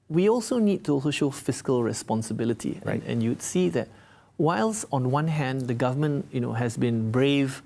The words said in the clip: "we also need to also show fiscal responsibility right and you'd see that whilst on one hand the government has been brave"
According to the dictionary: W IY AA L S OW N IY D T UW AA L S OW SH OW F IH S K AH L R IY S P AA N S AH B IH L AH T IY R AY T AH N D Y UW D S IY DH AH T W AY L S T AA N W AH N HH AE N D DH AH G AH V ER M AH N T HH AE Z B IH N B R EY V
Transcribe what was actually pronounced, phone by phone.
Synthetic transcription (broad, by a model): W IY AA L S OW N IY D T UW AA L S OW SH OW F IH S K AH L R IY S P AA N S AH B IH L AH T IY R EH AH N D Y UW D S IY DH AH T W AY L S AA N W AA N HH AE N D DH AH G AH V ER M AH N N HH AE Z B IH N B R EY V